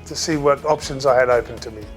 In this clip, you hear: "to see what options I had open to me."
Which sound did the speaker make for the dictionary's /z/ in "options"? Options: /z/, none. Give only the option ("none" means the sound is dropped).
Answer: /z/